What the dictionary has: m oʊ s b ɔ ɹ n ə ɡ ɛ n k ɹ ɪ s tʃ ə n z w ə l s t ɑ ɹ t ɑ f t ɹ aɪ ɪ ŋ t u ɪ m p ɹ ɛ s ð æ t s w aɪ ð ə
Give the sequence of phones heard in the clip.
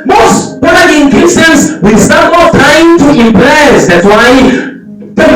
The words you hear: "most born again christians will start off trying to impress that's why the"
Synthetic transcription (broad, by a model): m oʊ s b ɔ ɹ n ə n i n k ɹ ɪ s ə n s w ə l s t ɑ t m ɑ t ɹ aɪ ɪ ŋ t u ɪ m p ɹ ɛ s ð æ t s w aɪ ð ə